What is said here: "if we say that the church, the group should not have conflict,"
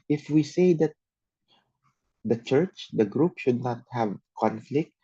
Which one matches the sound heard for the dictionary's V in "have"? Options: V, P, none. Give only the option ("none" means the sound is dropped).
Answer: V